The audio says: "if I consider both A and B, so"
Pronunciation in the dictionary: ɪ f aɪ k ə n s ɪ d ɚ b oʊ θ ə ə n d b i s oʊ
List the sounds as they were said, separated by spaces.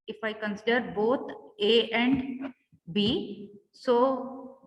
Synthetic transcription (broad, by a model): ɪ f aɪ k ə n s ɪ d ɚ b oʊ t ə ə n d b i s oʊ